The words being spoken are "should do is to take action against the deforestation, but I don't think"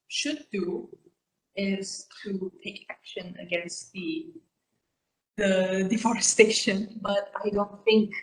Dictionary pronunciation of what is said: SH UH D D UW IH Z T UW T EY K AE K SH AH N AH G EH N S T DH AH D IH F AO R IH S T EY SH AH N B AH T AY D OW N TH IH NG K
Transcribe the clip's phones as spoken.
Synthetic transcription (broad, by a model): SH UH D D UW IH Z T UW T EY K AE K SH AH N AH G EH N S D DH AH D IH F AO R IH S T EY SH AH N B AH T AY D OW N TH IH NG K